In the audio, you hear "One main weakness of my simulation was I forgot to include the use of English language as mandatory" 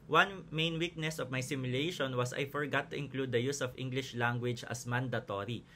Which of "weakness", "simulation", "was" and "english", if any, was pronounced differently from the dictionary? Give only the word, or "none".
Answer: was